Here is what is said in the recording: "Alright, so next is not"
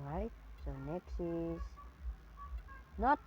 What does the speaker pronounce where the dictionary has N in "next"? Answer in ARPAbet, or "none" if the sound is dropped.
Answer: N